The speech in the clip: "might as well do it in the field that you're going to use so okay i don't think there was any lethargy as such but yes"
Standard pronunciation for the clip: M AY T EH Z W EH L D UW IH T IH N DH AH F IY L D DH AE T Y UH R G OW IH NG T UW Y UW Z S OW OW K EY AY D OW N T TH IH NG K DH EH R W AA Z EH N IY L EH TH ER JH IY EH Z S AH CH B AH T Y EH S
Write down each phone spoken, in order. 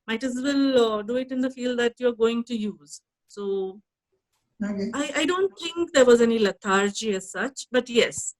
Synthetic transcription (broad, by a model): M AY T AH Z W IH L D UW IH T IH N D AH F IY L D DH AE T Y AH R G OW IH NG T UW Y UW Z S OW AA IH AY D OW N T T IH NG K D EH R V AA Z EH N IY L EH T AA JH IY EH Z S AH CH B AH T Y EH S